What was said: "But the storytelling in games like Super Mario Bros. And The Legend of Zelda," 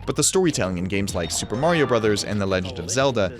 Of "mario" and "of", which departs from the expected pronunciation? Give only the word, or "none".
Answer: none